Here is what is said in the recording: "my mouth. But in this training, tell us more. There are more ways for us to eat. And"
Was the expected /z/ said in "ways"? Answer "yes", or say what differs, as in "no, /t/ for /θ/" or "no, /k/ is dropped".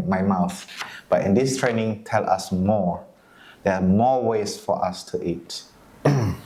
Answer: no, /s/ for /z/